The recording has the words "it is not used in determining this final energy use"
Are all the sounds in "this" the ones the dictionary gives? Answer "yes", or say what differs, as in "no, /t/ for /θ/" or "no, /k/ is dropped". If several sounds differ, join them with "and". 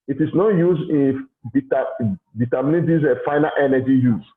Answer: no, /s/ is dropped